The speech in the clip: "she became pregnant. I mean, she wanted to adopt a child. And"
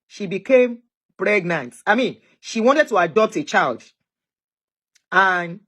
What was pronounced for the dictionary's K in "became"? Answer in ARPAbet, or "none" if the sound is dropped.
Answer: K